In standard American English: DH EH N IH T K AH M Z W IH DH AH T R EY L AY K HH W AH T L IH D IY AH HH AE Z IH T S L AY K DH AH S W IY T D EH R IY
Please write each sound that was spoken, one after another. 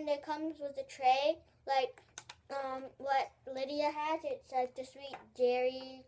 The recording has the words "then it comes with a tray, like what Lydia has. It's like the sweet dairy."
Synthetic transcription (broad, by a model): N IH T K AH M Z W IH DH AH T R EY L AY K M W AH T L IH D IY AH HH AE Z IH T S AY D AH S W IY T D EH R IY